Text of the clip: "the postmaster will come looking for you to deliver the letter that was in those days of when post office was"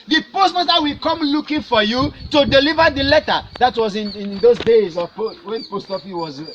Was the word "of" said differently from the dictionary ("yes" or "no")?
yes